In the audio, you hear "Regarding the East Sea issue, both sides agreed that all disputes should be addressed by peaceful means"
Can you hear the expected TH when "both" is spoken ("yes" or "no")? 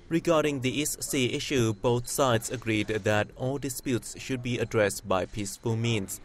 no